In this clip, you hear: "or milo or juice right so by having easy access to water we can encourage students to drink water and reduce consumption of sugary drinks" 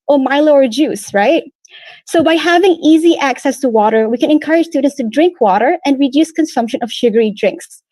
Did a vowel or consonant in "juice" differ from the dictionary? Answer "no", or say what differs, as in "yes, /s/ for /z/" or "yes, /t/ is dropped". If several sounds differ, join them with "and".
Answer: no